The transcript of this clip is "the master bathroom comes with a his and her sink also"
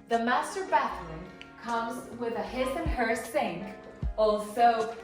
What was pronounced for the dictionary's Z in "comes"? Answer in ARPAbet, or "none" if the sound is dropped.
Z